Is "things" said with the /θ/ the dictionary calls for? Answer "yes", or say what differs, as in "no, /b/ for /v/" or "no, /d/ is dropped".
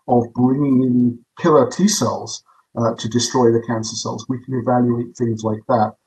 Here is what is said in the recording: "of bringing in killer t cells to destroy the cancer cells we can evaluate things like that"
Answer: yes